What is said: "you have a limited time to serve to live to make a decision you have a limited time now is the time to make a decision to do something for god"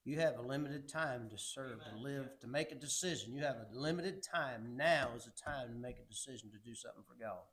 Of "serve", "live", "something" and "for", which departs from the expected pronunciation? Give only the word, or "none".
none